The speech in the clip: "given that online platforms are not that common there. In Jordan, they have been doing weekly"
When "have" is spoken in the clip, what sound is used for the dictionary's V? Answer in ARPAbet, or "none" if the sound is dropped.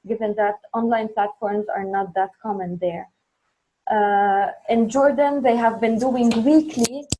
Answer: V